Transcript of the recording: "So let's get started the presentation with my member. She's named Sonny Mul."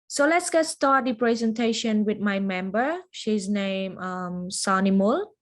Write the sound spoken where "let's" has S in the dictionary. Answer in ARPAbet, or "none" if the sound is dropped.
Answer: S